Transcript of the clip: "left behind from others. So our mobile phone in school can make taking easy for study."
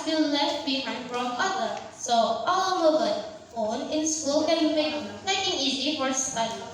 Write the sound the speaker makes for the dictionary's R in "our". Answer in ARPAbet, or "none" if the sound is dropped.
L